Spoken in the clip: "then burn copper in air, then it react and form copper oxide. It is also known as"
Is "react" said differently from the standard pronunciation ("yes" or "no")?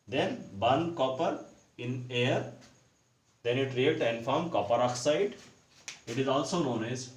yes